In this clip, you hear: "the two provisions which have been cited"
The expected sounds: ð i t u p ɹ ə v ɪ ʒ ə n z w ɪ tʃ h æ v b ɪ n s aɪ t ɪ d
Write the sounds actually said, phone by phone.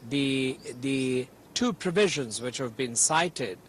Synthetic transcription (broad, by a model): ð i t u p ɹ ə v ɪ ʒ ə n z w ɪ tʃ h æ v b ɪ n s aɪ t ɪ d